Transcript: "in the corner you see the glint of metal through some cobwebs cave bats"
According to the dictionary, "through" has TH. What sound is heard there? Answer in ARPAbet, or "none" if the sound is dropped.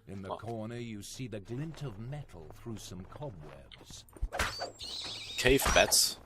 TH